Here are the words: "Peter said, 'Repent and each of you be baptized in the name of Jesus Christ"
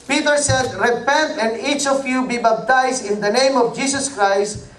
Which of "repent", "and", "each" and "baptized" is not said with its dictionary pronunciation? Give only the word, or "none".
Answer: baptized